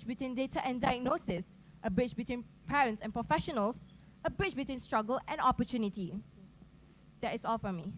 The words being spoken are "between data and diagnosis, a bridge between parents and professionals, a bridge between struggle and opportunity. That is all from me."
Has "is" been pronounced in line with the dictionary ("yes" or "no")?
no